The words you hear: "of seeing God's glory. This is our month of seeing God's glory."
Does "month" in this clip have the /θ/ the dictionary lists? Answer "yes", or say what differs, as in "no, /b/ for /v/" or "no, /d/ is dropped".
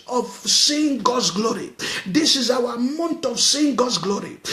no, /t/ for /θ/